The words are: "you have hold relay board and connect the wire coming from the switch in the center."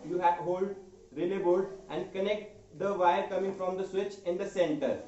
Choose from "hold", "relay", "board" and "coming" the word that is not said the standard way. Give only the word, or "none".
board